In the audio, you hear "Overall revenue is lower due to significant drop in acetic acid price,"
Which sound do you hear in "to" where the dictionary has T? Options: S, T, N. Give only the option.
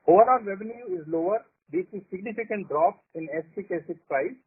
S